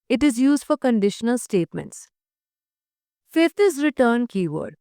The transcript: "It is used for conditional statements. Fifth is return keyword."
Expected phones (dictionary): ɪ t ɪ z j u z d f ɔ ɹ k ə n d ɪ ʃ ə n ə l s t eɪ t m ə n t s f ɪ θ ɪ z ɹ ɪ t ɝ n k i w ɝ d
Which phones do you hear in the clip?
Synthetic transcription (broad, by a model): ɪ t ɪ z j u z d f ɔ ɹ k ə n d ɪ ʃ ə n ə l s t eɪ t m ə n t s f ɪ t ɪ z ɹ ɪ t ɝ n k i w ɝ d